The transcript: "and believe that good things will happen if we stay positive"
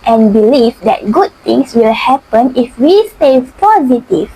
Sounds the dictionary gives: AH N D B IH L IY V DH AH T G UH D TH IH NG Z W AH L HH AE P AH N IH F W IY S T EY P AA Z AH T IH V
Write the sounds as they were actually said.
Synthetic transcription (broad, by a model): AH N B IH L IY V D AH T G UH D T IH NG S W AH L HH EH P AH N IH F W IY S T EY P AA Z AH T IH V